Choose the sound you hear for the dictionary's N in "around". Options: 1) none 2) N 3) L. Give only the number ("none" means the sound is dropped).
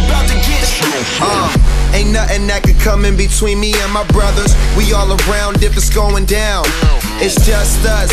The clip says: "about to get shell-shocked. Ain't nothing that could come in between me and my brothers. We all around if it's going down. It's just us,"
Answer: 2